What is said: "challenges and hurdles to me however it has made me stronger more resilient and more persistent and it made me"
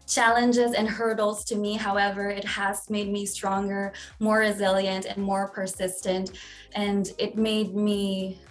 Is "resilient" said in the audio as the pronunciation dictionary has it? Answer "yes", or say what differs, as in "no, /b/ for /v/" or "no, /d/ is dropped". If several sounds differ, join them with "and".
yes